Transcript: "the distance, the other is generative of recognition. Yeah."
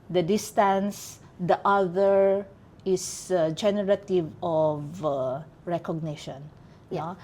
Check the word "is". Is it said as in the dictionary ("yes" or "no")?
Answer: no